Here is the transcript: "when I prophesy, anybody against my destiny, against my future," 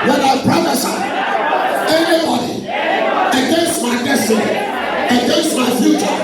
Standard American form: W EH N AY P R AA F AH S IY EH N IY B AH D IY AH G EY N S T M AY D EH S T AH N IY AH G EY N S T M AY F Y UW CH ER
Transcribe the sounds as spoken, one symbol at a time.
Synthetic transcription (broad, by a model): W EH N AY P R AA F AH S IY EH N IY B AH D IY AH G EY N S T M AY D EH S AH IY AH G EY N S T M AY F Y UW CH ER